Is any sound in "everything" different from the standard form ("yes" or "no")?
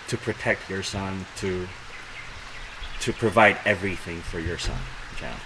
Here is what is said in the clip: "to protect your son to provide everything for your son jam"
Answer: no